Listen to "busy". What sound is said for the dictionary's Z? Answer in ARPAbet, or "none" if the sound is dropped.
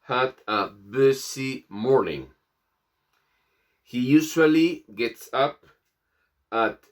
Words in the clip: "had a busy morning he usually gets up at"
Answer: S